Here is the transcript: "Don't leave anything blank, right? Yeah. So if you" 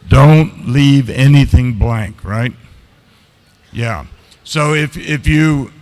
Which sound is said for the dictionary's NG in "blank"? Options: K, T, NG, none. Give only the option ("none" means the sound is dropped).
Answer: NG